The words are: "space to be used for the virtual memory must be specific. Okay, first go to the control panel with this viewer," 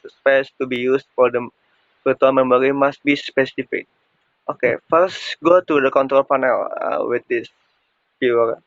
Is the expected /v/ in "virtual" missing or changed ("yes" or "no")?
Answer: yes